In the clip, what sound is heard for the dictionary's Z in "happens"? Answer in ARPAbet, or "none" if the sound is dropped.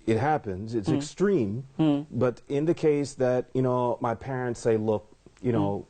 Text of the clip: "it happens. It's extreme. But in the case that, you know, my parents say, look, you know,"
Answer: Z